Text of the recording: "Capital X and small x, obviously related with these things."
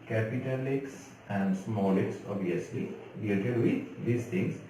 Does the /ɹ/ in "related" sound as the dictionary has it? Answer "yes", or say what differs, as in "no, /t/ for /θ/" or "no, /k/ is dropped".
no, /l/ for /ɹ/